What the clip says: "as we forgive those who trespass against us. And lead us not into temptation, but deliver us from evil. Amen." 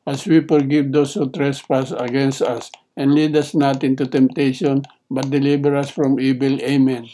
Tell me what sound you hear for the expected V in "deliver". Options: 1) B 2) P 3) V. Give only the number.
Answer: 1